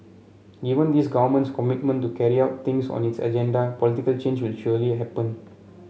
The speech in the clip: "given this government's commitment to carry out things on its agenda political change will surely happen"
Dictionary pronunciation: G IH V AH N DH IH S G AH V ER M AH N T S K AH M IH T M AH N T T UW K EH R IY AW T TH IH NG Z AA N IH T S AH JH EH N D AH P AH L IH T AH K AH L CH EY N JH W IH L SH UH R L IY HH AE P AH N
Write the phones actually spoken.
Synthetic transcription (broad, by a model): G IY V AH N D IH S G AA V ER M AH N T S K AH M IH T M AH N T T UW K EH R IY AW T T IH NG S AA N IH T S AH JH EH N D AH P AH L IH T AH K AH L CH EY N JH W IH L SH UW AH L IY HH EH P AH N